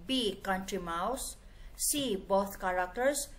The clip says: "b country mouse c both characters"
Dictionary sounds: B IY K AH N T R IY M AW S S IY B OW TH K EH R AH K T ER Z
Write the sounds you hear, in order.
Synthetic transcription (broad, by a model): B IY K AH N T R IY M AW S S IY B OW T K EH R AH K T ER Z